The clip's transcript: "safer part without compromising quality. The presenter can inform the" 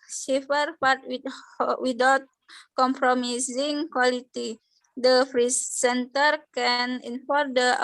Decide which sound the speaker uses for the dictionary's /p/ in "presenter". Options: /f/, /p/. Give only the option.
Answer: /f/